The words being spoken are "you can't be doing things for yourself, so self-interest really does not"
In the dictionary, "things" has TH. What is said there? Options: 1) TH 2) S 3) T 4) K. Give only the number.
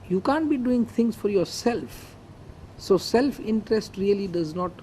3